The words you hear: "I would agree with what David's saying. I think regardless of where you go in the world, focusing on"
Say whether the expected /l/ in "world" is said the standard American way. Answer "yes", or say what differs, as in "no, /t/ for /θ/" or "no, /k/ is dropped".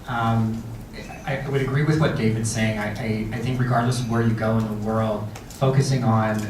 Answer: yes